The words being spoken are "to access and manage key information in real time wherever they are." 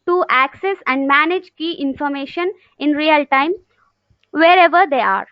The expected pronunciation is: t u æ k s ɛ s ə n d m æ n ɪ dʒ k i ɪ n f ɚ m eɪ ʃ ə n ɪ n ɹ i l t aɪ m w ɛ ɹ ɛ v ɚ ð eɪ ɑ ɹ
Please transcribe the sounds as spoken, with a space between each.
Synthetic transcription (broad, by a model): t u æ k s ɛ s ə n d m æ n ɪ dʒ k i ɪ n f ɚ m eɪ ʃ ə n ɪ n ɹ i l t aɪ m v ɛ ɹ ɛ v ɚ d eɪ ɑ ɹ